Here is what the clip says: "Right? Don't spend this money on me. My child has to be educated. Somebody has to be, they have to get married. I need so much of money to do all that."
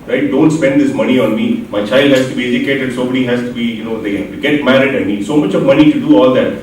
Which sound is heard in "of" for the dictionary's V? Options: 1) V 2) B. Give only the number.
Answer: 1